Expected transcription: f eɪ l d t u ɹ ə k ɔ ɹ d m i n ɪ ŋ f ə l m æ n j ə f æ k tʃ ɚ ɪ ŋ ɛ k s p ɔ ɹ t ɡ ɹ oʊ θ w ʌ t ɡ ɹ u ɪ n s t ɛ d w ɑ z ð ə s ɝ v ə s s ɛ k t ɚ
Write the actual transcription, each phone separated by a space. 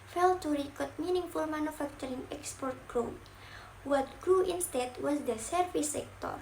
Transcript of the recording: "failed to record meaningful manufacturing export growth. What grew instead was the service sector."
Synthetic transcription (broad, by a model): f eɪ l t u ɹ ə k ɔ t m i n ɪ ŋ f ə l m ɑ n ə f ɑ k tʃ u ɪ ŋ ɛ k s p ɔ ɹ t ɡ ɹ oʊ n w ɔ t ɡ ɹ u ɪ n s t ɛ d w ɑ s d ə s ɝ f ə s s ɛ k t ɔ